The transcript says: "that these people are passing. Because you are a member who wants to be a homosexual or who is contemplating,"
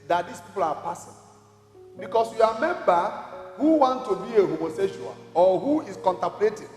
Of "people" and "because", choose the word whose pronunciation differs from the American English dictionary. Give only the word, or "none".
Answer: because